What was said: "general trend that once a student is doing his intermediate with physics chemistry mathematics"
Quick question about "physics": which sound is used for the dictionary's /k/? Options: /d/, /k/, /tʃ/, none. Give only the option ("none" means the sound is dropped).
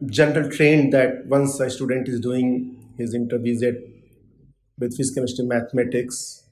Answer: none